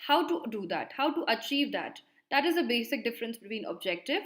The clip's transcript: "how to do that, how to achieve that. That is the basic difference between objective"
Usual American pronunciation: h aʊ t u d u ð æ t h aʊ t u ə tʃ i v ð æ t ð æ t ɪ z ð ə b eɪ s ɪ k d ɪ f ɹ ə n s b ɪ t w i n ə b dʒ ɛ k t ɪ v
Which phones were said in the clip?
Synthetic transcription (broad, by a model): h aʊ t u d u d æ t h aʊ t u ə tʃ i v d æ t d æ t ɪ z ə b eɪ s ɪ k d ɪ f ɹ ə n s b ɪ t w i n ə b dʒ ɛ k t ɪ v